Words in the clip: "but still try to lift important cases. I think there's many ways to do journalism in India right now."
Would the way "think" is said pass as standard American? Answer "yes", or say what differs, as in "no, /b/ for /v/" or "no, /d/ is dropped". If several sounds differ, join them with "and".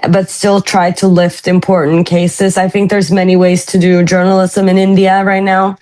yes